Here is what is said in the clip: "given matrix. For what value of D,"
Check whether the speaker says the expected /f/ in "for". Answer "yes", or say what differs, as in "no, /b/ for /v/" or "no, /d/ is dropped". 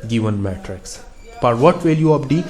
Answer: no, /p/ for /f/